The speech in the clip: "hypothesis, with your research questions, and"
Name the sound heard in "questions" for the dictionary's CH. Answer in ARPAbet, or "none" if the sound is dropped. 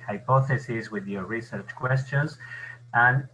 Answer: CH